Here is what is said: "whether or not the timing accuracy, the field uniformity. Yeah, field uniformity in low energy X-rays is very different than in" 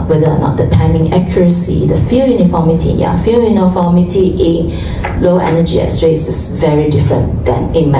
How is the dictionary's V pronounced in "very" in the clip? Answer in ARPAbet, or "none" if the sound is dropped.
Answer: V